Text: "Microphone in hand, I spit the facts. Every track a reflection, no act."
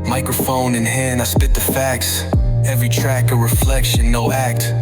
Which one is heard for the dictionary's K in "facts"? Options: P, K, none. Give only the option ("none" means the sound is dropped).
K